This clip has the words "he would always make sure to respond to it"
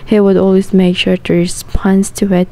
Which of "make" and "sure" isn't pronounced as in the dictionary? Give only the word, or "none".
none